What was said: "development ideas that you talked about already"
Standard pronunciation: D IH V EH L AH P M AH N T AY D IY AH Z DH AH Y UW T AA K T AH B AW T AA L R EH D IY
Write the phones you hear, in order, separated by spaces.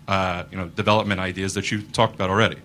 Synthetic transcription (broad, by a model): D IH V EH L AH P M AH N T AY D IY AH Z DH AH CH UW T AA K T AH B AW T L R EH D IY